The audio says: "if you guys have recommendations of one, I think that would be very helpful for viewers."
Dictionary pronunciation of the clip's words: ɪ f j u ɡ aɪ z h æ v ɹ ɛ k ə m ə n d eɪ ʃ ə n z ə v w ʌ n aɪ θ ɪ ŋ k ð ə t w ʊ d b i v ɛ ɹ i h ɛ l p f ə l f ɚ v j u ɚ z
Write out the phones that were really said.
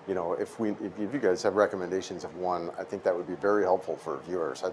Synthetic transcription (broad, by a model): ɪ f j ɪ ɡ aɪ z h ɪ v ɹ ɛ k ə m ə n d eɪ ʃ ə n z ə v w ʌ n aɪ θ ɪ ŋ k ð ə t w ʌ d b i v ɛ ɹ i h ɛ l p f l f ɚ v j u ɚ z